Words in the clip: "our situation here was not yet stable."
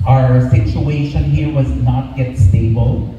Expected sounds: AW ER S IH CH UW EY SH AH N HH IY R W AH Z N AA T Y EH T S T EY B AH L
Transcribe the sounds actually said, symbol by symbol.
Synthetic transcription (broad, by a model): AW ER S IH CH UW EY SH AH N HH IY R W AH Z N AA T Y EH T S T EY B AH L